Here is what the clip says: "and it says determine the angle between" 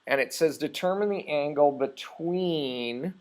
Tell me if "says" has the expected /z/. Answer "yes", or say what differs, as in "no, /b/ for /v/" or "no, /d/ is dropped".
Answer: yes